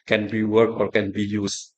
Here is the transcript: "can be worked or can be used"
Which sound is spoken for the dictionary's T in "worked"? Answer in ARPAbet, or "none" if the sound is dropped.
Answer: none